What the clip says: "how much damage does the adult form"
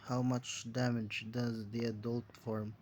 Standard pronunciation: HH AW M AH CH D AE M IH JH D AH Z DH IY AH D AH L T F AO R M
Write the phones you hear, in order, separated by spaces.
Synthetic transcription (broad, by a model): HH AW M AH CH D AE M IH JH D AH Z DH IY AH D AH L T F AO R M